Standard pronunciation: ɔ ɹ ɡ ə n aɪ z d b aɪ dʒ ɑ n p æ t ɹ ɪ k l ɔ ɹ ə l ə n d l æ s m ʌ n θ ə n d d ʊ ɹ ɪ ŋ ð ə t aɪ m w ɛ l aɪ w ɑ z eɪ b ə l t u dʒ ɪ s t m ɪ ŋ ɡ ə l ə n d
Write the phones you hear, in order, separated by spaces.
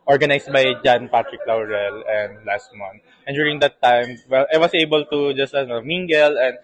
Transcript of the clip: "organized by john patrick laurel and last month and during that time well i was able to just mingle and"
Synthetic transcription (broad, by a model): ɔ ɹ ɡ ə n aɪ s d b aɪ dʒ ɑ n p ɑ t ɹ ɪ k l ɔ ɹ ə l ə n d l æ s m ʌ n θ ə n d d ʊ ɹ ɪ ŋ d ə t aɪ m w ɛ l aɪ w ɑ s eɪ b ə l t u dʒ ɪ s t m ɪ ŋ ɡ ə l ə n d